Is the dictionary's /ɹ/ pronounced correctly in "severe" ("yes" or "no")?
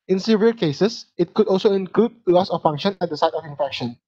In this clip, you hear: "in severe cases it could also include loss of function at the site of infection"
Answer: no